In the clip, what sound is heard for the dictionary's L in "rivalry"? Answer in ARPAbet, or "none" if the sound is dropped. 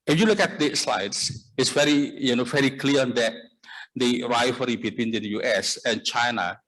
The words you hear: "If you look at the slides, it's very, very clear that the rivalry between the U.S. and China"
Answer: none